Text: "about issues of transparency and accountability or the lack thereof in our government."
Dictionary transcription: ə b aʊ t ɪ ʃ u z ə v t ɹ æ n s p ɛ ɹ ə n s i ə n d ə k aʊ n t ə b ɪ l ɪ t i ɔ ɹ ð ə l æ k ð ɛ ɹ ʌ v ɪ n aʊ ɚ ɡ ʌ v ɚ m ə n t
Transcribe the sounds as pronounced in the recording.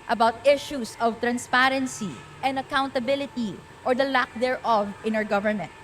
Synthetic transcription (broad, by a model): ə b aʊ t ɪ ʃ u s ə v t ɹ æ n s p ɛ ɹ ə n s i ə n d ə k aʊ n t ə b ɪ l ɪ t i ɔ ɹ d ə l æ k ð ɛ ɹ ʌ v ɪ n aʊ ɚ ɡ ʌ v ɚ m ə n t